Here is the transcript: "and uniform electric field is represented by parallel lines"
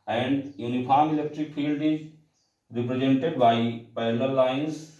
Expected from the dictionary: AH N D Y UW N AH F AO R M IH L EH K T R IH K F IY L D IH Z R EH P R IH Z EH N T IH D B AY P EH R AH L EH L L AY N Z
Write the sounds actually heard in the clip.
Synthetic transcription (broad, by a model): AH N D Y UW N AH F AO R M IH L EH K T R IH K F IY L D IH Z R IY P R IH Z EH N T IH D B AY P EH AH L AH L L AY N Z